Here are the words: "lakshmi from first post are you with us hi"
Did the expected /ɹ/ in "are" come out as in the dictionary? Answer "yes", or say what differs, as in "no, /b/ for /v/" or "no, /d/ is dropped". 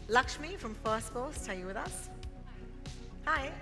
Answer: no, /l/ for /ɹ/